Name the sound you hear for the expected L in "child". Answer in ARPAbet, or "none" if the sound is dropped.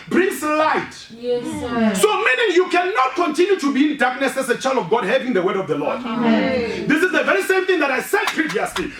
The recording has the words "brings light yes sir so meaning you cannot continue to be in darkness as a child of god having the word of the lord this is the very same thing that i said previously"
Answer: L